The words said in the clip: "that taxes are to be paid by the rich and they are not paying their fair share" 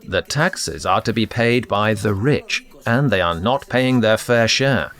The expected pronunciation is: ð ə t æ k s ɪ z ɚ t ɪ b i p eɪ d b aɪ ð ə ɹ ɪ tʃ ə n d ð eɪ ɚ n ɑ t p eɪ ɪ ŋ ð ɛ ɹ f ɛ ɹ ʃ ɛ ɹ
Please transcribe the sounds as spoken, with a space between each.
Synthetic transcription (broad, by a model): ð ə t æ k s ɪ z ɚ t ɪ b i p eɪ d b aɪ ð ə ɹ ɪ tʃ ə n ð eɪ ɚ n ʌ t p eɪ ɪ ŋ ð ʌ ɹ f ɛ ɹ ʃ ɛ ɹ